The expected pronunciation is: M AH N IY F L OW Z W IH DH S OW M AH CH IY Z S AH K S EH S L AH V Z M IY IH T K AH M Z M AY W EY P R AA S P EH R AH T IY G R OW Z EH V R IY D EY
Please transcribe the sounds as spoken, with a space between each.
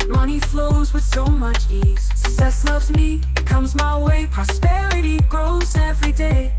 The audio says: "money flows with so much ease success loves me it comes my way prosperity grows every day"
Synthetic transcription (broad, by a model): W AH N IY F L OW Z W IH DH S OW M AH CH IY Z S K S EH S L AH V Z M IY IH T K AH M Z M AY W EY P R AA S P EH R AH T IY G R OW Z EH V R IY D EY